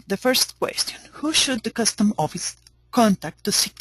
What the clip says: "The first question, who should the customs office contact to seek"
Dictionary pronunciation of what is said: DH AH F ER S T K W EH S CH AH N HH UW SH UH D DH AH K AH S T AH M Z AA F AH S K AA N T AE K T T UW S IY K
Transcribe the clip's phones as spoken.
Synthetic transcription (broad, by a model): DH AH F ER S T K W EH S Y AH N HH UW SH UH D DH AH K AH S T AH M AA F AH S K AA N T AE K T T UW S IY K